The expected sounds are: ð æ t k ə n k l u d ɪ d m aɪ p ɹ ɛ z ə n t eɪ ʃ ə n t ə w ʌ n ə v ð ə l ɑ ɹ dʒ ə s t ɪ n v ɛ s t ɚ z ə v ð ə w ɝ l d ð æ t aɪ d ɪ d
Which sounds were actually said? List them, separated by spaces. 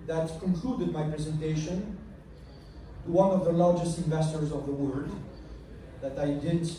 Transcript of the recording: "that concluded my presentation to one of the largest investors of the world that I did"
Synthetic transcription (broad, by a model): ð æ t k ə n k l u d ɪ d m aɪ p ɹ ɛ z ə n t eɪ ʃ ə n t ə w ʌ n ə v ð ə l ɑ ɹ dʒ ə s t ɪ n v ɛ s t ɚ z ə v ð ə w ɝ d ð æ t aɪ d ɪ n